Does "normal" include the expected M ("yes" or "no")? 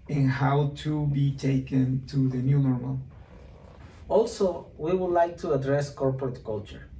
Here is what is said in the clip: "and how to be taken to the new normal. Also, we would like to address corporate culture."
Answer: no